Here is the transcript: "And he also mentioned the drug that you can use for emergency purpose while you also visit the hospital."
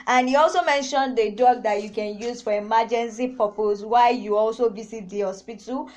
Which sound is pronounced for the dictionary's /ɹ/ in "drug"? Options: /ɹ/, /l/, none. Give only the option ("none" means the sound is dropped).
none